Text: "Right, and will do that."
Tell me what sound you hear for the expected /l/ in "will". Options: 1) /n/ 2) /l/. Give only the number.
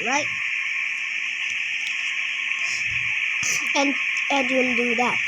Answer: 1